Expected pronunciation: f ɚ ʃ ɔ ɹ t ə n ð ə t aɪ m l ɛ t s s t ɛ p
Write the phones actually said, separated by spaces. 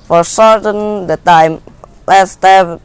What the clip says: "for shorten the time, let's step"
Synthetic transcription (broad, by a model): f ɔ s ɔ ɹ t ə n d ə t aɪ m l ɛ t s s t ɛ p